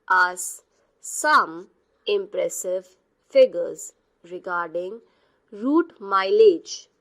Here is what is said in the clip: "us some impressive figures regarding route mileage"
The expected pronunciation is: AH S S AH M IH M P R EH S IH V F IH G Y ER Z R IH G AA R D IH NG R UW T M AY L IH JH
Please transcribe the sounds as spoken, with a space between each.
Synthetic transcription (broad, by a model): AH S S AH M IH M P R EH S IH V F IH G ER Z R IH G AA R D IH NG R UW T M AY L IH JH